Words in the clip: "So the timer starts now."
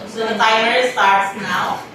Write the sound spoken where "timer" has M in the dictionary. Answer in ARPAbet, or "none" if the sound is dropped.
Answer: none